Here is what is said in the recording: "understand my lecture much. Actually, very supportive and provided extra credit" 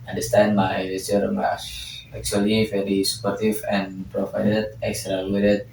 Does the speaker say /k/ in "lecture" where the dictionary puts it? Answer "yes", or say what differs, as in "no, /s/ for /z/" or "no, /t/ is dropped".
no, /k/ is dropped